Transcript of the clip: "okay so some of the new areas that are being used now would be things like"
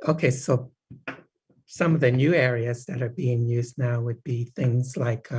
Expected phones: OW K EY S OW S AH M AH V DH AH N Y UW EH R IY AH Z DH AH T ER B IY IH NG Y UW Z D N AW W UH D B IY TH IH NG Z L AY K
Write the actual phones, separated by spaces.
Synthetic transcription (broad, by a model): OW K EY S OW S AH M AH V DH AH N Y UW EH R IY AH Z DH AH T ER B IY IH NG Y UW Z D N AW W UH D B IY TH IH NG Z L AY K